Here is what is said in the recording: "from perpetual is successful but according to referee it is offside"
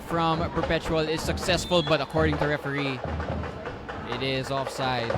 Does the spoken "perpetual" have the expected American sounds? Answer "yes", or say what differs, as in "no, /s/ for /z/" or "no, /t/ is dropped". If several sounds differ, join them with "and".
yes